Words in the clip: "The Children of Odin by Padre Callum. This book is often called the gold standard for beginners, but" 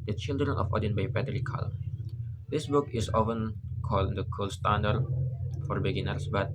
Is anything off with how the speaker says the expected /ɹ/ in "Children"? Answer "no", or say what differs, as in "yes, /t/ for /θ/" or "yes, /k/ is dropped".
no